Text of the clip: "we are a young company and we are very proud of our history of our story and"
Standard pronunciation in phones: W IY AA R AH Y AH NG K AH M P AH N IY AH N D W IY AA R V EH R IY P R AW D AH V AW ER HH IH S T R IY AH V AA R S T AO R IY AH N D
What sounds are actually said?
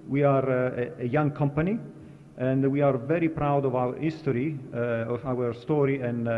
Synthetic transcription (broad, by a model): W IY AA R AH Y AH NG K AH M P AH N IY AH N D W IY AA R V EH R IY P R AW D AH V AW ER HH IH S T R IY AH W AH R S T AO R IY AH N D